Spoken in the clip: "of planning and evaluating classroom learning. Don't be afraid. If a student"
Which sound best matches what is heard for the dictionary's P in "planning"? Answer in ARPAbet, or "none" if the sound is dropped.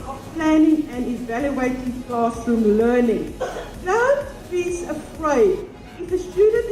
P